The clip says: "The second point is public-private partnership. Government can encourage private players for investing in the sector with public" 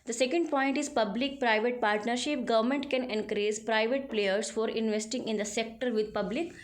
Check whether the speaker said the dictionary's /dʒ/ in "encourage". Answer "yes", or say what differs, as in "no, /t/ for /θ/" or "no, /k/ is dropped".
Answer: no, /z/ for /dʒ/